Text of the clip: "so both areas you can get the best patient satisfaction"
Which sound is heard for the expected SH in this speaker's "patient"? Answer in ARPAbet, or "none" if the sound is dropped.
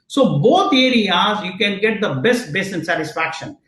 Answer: S